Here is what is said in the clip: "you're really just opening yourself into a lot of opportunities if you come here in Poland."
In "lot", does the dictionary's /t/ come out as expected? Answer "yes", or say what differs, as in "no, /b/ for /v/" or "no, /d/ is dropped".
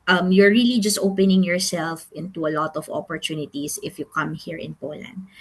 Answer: yes